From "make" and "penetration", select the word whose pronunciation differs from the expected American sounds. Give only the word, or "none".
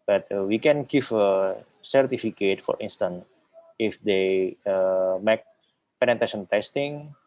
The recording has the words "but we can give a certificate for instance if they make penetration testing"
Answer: penetration